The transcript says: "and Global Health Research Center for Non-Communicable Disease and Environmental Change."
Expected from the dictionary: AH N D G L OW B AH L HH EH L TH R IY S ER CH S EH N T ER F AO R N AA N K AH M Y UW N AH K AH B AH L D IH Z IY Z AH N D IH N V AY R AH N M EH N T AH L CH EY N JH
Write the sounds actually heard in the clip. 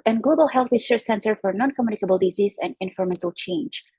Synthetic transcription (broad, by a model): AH N G L OW B AH L HH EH L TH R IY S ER S EH N T ER F AO R N AA N K AH M Y UW N AH K AH B AH L D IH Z IY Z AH N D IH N F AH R M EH N T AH L CH EY N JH